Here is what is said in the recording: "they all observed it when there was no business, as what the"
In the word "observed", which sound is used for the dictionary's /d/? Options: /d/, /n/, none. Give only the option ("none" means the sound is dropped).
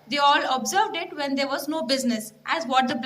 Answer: /d/